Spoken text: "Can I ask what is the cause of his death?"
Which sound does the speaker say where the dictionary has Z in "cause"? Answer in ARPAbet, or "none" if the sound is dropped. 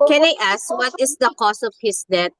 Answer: S